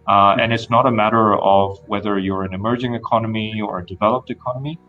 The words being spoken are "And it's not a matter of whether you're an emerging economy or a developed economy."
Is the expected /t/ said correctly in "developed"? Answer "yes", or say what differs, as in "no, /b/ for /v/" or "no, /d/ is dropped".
yes